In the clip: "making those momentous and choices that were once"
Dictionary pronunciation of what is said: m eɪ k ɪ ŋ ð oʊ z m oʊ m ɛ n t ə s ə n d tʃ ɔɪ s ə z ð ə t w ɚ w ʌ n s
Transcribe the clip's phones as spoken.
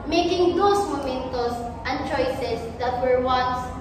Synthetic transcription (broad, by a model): m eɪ k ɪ ŋ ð oʊ s m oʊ m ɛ n t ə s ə n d tʃ ɔɪ s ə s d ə t w ɚ w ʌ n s